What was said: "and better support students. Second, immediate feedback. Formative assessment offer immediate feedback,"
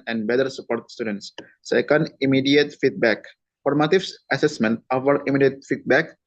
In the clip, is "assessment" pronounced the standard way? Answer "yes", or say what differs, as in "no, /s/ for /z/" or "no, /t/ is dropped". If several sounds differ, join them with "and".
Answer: yes